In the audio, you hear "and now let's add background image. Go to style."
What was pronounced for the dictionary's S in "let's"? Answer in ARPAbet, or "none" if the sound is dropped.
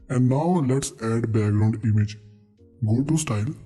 S